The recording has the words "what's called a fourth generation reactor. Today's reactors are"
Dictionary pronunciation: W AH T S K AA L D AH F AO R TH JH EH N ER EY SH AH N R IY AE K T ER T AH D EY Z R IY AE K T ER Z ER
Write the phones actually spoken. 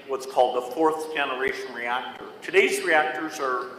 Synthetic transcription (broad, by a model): W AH T S K AA L D AH F AO R TH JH EH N ER EY SH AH N R IY AE K T ER T AH D EY Z R IY AE K T ER Z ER